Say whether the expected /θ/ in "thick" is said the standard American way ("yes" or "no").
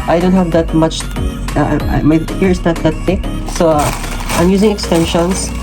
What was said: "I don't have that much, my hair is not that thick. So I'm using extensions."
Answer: no